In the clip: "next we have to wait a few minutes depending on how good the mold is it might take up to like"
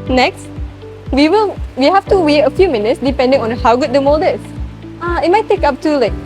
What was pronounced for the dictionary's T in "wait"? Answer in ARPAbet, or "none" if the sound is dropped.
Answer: none